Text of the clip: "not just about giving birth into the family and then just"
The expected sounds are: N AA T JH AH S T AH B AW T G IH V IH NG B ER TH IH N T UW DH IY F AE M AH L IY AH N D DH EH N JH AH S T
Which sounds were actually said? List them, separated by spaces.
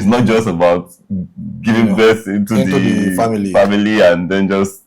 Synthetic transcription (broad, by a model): N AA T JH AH S T AH B AW T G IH V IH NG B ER S IH N T UW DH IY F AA M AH L IY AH N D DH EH N JH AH S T